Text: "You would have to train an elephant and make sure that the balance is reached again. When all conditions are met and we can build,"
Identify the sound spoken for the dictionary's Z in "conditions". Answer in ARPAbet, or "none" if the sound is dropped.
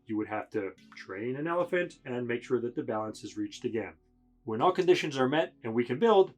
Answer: Z